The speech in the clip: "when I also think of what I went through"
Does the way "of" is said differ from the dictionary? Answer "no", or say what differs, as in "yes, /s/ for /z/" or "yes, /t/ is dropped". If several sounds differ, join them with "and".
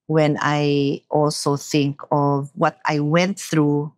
no